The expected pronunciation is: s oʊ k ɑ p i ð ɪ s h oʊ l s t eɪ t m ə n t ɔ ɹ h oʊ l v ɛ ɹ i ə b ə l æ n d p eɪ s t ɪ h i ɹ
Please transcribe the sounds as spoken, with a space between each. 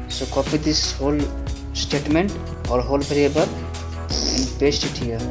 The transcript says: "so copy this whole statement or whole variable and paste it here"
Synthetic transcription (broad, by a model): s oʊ k ɑ p i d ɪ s h oʊ l s t eɪ t m ə n t ɔ ɹ h oʊ l b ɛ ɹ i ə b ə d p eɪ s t ɪ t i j